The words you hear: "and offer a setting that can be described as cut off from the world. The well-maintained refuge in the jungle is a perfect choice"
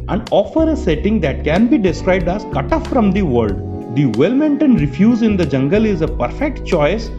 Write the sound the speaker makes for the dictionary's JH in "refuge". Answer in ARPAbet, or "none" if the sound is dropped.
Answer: Z